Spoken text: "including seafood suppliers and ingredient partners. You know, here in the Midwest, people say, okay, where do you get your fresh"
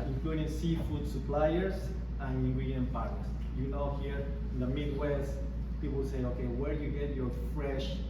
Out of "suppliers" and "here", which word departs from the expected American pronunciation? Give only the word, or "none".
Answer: suppliers